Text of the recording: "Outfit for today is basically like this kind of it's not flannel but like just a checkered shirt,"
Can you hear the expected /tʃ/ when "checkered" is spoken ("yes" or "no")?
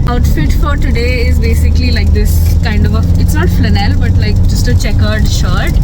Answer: yes